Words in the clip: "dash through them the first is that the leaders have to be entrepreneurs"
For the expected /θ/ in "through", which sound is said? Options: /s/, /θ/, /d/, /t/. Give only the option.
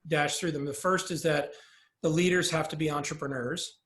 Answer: /θ/